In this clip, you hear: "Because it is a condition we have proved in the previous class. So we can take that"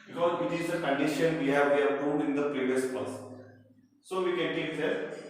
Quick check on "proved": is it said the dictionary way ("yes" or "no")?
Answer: no